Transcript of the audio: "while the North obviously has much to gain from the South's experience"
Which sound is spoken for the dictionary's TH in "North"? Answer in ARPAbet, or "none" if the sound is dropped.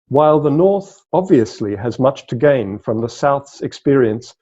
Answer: TH